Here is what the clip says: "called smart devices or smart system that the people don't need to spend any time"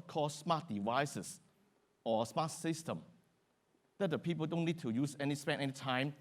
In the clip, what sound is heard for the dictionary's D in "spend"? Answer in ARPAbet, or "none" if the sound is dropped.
none